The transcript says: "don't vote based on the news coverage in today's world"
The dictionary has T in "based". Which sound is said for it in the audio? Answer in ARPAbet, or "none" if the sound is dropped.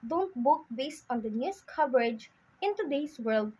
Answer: T